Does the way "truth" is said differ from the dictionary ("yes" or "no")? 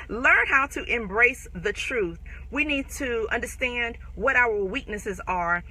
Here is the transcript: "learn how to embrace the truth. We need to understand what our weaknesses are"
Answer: no